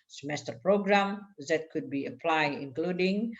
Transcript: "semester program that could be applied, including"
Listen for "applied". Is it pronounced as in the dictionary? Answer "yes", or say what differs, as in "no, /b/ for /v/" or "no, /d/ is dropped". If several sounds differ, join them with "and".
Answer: yes